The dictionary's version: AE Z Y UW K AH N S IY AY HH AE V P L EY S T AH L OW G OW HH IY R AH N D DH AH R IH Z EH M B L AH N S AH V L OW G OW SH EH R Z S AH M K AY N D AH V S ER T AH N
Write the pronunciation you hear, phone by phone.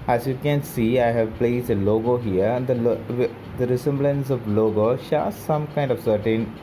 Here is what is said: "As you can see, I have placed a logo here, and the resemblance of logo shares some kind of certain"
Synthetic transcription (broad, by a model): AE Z Y UW K AH N S IY AY HH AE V P L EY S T AH L OW G OW HH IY R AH L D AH R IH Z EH M B L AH N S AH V L OW G OW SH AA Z S AH M K AY N D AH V S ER T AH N